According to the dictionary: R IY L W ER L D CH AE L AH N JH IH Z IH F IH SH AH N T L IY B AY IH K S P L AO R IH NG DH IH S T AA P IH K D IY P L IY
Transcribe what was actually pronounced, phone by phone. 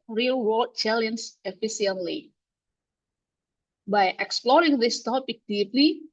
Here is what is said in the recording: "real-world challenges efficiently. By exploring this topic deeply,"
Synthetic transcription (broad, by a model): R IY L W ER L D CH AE L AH N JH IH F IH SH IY AH N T L IY B AY IH K S P L AO R IH NG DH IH S T AA P IH K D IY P L IY